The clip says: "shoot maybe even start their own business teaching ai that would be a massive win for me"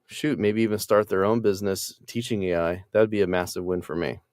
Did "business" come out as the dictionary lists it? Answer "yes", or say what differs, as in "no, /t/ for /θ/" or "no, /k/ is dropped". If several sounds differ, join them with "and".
yes